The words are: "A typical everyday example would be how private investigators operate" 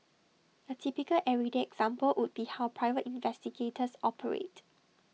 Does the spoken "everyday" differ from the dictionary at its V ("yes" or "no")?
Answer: yes